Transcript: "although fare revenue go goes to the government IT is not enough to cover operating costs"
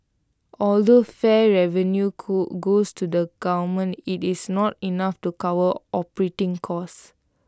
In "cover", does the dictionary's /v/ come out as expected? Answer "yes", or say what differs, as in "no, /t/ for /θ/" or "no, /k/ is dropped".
no, /w/ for /v/